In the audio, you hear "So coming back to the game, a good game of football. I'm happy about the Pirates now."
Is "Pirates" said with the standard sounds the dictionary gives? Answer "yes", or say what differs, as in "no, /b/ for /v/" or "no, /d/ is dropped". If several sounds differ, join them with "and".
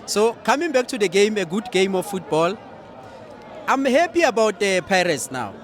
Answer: yes